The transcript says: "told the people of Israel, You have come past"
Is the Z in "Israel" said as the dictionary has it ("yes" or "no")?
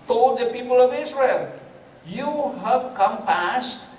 no